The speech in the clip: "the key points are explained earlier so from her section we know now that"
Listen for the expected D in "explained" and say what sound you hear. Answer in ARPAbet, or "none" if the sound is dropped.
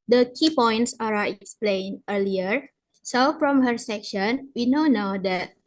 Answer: none